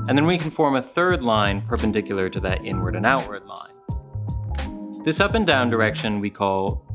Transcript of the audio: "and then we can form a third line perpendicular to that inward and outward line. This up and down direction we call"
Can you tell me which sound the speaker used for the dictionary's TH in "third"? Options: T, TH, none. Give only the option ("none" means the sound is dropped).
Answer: TH